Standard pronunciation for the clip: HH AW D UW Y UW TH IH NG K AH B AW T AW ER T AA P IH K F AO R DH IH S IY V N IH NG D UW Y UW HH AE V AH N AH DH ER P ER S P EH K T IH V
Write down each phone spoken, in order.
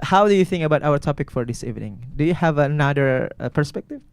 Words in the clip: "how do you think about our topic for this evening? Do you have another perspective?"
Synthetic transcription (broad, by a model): HH AW D UW Y UW TH IH NG K AH B AW T AW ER T AA P IH K F AO R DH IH S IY V N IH NG D UW Y UW HH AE V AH N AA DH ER P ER S P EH K T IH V